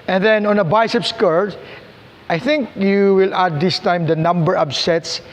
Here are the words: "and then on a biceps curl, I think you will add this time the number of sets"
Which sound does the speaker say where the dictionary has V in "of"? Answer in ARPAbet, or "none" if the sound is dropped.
B